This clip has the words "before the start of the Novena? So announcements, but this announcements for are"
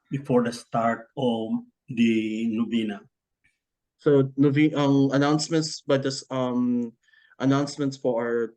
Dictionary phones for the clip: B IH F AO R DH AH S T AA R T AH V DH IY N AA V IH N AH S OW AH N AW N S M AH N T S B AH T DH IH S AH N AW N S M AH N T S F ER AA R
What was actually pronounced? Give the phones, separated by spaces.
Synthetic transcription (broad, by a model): B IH F AO R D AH S T AA R T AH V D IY N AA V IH N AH S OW AH N AW N S M AH N T S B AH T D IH S AH N AW N S M AH N T S P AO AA R